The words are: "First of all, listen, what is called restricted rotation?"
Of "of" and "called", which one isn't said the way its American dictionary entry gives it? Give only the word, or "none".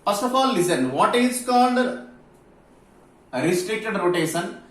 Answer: of